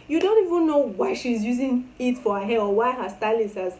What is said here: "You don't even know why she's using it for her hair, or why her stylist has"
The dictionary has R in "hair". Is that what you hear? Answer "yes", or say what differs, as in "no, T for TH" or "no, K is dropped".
no, L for R